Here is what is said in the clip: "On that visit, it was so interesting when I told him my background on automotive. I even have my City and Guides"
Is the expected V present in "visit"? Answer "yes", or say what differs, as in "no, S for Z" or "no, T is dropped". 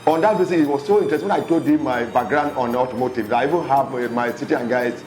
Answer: no, B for V